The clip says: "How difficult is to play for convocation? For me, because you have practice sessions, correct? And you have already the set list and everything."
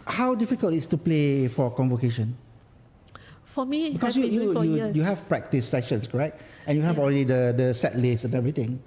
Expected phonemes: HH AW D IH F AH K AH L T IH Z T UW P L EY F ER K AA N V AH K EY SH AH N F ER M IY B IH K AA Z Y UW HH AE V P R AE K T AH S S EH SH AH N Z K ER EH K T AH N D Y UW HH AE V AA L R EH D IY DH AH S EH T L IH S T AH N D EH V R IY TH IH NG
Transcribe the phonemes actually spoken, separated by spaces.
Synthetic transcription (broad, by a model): HH AW D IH F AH K AH L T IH S T UW P L EY F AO K AA N V AH K EY SH AH N F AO M IY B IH K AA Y Y UW HH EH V P R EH K T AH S S EH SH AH N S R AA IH T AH N Y UW HH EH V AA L R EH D IY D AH S EH T L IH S AH N EH V R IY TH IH NG